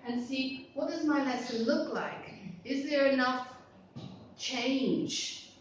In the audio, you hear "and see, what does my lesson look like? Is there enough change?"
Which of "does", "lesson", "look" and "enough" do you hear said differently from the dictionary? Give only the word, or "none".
lesson